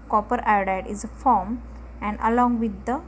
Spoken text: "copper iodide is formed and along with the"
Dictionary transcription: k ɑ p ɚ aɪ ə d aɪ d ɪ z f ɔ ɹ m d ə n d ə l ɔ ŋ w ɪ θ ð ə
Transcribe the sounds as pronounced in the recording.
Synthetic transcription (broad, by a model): k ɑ p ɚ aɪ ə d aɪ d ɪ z f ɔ ɹ m ə n d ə l ɔ ŋ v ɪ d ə